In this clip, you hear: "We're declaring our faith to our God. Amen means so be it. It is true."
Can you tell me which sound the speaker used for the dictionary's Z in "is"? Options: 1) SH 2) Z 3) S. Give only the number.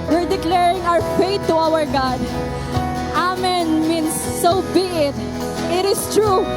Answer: 3